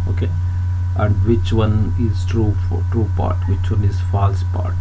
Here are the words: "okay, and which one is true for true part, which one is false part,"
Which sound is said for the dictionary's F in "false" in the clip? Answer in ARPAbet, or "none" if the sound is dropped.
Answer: F